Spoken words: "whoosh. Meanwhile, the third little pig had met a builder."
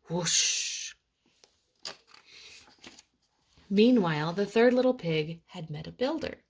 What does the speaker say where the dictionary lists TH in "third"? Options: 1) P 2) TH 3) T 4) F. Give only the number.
2